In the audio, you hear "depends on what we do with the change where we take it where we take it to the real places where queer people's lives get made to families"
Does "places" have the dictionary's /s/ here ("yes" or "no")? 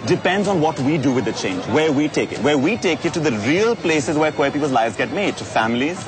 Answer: yes